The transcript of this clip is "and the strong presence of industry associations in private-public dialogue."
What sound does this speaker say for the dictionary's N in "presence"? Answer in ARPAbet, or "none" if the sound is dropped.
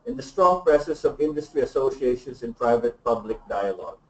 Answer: none